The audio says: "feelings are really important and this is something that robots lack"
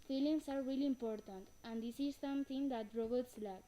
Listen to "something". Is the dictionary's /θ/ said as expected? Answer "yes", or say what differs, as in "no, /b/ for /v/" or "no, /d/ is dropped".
no, /t/ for /θ/